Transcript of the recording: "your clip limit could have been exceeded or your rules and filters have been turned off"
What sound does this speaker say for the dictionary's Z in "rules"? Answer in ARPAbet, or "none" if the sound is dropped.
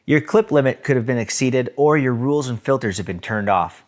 Z